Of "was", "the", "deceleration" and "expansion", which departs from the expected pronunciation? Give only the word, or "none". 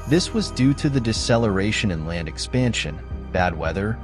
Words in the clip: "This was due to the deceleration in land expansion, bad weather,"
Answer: none